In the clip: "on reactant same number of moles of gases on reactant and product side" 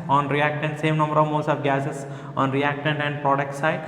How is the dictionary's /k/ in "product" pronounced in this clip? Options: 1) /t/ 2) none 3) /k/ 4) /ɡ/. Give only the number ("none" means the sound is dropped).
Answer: 3